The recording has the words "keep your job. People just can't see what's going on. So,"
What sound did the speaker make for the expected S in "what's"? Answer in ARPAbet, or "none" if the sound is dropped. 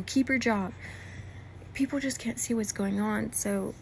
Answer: S